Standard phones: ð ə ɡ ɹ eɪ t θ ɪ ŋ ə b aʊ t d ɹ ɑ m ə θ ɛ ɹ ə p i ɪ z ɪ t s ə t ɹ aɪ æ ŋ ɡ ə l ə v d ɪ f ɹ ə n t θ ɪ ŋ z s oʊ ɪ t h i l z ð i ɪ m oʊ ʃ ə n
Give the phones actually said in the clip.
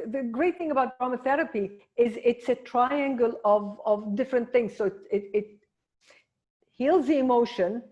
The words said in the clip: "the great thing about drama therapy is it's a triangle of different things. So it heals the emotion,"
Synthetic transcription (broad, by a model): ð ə ɡ ɹ eɪ t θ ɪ ŋ ə b aʊ t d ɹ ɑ m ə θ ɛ ɹ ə p i ɪ z ɪ t s ə t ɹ aɪ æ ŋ ɡ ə l ə v d ɪ f ɹ ə n t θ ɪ ŋ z s oʊ ɪ t h i l z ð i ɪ m oʊ ʃ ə n